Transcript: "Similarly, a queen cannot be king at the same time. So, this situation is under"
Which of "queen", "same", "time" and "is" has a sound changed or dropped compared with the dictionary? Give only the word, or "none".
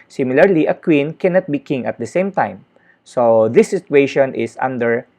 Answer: is